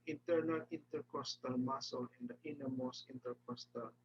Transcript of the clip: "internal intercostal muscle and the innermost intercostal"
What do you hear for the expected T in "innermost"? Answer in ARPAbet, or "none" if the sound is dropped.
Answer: none